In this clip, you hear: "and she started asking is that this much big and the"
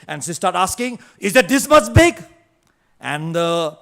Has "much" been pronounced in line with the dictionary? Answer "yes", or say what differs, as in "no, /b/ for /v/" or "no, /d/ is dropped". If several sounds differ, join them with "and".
no, /s/ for /tʃ/